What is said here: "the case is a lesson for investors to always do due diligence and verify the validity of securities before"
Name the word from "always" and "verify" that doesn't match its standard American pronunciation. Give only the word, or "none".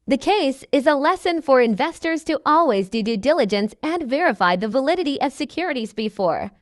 none